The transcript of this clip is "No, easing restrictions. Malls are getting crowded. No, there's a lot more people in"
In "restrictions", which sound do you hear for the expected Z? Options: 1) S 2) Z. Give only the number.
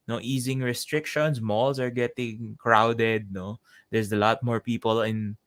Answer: 1